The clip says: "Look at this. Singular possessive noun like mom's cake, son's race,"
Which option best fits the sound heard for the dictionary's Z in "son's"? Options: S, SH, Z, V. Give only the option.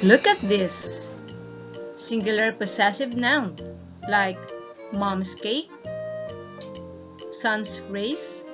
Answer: S